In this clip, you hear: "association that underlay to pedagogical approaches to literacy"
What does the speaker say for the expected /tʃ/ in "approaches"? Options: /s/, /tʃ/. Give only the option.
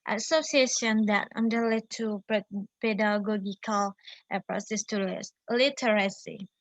/s/